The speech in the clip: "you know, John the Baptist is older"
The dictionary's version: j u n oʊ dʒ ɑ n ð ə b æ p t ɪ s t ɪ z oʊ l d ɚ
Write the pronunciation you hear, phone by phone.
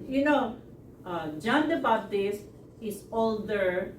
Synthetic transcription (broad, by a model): j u n oʊ dʒ ɑ n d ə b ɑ b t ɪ s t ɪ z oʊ l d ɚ